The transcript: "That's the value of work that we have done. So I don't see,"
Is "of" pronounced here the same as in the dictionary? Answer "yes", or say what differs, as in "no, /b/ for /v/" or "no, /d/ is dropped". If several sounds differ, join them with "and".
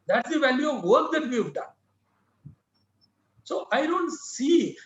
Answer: yes